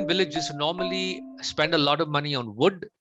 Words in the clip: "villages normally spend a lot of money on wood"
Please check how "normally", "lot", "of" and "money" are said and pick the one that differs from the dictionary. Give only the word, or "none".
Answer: none